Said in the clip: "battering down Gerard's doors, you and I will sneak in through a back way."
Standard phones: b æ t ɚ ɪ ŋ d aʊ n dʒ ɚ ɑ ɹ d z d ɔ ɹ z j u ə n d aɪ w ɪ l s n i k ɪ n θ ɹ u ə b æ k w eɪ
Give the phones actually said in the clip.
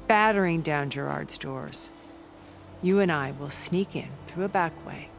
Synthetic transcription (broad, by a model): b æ t ɚ ɪ ŋ d aʊ n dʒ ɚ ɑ ɹ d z d ɔ ɹ z j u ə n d aɪ w ɪ l s n i k ɪ n θ ɹ u ə b æ k w eɪ